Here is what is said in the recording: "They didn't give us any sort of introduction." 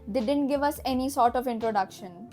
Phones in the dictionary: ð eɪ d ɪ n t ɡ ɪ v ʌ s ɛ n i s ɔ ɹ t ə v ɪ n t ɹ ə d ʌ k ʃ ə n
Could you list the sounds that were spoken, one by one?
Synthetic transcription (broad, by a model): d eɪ d ɪ n t ɡ ɪ v ʌ s ɛ n i s ɔ ɹ t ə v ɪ n t ɹ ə d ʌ k ʃ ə n